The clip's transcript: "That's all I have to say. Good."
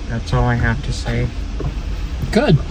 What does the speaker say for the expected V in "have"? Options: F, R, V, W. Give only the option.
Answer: F